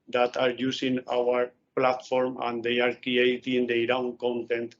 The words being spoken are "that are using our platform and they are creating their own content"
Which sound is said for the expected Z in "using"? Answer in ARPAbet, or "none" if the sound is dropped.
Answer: S